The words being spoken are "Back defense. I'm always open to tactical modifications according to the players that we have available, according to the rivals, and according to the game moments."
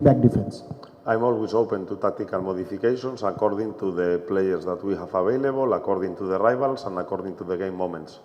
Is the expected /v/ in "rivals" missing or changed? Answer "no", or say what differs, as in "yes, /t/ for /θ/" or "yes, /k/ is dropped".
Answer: yes, /b/ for /v/